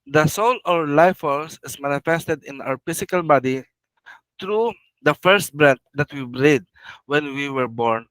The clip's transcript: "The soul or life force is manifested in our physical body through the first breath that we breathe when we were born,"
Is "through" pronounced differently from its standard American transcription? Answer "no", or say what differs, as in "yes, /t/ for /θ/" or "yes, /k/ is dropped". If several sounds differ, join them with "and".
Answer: yes, /t/ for /θ/